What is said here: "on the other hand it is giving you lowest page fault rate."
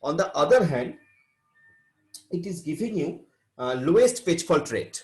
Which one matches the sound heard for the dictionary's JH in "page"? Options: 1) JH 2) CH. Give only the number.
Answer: 2